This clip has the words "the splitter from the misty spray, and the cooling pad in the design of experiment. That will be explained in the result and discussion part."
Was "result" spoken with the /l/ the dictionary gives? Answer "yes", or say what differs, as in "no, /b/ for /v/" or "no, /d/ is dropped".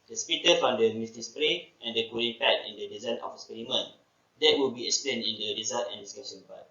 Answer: no, /l/ is dropped